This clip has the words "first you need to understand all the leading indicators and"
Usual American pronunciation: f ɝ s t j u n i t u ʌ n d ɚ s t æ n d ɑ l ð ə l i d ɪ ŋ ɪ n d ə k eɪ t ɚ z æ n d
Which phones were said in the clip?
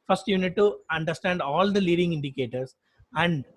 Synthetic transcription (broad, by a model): f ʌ s t j u n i t u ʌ n d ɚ s t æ n d ɑ l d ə l i d ɪ ŋ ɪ n d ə k eɪ t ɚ s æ n d